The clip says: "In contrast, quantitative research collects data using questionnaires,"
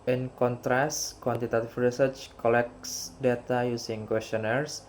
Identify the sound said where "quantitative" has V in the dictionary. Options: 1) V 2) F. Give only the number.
2